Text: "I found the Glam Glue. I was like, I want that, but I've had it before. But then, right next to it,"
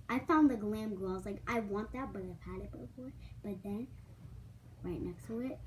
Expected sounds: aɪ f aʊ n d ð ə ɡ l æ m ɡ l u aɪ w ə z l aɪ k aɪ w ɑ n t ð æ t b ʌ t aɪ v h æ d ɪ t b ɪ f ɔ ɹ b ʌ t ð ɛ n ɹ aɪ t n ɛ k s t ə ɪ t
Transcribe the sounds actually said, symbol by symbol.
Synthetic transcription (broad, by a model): aɪ f aʊ n ð ə ɡ l æ m ɡ ʌ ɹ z l aɪ k aɪ w ɑ n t ð æ t b ʌ t aɪ v h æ d ɪ t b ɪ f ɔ ɹ b ʌ t ð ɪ n ɹ aɪ t n ɛ k s t ə ɪ t